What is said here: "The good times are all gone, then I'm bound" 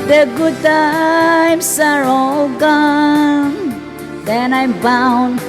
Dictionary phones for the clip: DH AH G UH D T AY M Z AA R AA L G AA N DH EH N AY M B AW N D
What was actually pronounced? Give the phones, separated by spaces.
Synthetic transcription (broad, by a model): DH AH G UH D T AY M S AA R AA L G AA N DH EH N AY M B AW N